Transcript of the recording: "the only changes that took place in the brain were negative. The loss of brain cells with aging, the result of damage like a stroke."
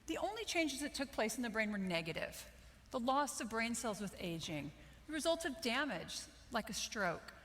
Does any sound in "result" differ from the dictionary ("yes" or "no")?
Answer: no